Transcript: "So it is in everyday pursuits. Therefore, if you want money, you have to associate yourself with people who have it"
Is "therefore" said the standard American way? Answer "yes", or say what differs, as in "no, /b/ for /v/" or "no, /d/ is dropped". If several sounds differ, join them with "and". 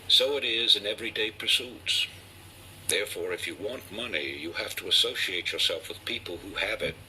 yes